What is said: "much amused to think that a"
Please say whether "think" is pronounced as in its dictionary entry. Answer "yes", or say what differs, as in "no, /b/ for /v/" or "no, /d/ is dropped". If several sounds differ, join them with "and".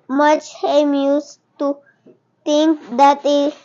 no, /t/ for /θ/